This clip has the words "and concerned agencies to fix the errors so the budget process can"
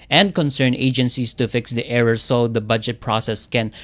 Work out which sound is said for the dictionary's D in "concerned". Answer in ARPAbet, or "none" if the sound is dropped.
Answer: none